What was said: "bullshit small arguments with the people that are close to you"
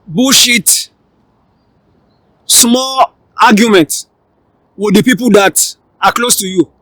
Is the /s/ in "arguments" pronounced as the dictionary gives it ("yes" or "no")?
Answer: no